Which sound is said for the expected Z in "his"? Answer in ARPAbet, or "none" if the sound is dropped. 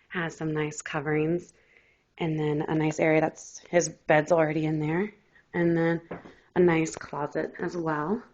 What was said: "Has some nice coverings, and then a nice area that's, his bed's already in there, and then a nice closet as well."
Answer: Z